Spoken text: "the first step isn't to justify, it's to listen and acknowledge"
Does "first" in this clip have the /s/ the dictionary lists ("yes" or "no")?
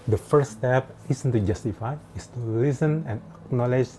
no